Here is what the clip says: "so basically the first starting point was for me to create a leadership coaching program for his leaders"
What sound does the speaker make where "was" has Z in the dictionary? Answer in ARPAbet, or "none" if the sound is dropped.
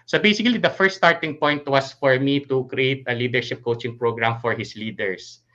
S